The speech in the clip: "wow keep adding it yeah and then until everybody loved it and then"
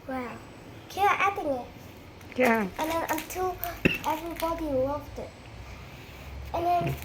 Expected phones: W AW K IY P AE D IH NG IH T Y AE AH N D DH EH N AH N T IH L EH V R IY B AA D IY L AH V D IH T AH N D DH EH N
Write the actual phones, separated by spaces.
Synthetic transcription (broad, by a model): W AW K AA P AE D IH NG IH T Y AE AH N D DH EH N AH T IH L EH V R IY B AA D IY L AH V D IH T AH N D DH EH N